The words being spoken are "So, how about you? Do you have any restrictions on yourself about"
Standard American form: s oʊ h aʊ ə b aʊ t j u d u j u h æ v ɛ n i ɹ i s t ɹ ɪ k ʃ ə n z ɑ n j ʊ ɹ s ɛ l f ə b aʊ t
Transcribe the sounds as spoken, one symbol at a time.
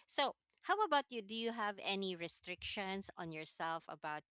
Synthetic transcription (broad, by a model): s oʊ h aʊ ə b aʊ t j u d u j u h æ v ɛ n i ɹ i s t ɹ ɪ k ʃ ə n s ɑ n j ʊ ɹ s ɛ l f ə b aʊ t